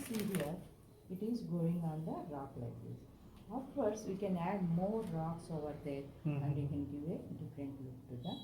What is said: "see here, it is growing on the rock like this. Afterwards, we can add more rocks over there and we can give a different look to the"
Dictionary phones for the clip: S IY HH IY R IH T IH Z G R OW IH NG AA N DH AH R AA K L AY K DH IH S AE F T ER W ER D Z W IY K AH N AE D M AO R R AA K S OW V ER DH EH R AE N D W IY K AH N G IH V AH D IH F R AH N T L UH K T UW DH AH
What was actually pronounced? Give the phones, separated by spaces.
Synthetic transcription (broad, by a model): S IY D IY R IH T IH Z G OW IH NG AA N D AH R AA K L AY K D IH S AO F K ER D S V IY K AH N AE D M AO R R AA K S OW V ER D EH R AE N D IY K AH N G IH V AH D IH F R AH N T L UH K T UW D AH